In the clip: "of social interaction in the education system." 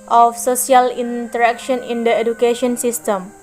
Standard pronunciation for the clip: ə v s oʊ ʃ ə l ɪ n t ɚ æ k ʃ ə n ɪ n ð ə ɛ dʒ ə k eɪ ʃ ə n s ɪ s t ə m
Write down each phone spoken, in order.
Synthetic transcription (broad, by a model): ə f s oʊ s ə l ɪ n t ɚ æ k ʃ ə n ɪ n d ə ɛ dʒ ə k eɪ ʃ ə n s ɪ s t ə m